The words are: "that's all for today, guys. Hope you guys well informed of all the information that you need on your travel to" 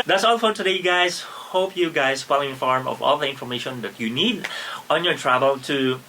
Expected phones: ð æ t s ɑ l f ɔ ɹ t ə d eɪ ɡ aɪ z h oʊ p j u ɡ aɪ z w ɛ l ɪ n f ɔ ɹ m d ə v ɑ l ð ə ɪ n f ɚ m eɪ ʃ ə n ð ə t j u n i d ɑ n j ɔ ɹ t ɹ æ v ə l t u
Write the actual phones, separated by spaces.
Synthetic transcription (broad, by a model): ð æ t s ɑ l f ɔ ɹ t ə d eɪ ɡ aɪ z h oʊ p j u ɡ aɪ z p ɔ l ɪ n f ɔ ɹ m ə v ɑ l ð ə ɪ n f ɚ m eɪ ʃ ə n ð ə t j u n i d ɑ n j ɔ ɹ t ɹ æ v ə l t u